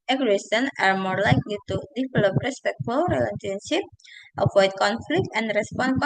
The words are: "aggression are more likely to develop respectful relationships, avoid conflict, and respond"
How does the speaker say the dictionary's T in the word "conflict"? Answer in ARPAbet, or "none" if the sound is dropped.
T